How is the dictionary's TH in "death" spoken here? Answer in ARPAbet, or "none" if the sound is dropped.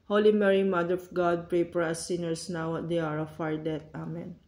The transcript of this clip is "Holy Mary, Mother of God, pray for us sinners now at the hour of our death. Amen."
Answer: T